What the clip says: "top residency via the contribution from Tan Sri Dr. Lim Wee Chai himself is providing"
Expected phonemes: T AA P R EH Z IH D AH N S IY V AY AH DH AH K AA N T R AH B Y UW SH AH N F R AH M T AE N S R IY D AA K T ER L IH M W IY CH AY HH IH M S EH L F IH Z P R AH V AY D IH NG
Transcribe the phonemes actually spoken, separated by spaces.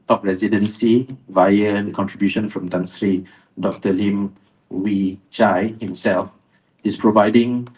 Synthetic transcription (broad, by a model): T AA P R EH Z IH D AH N S IY V AY AH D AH K AA N T R AH B Y UW SH AH N F R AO M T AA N S R IY D AA K T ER L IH M W IY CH AY HH IH M S EH L F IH S P R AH V AY D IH NG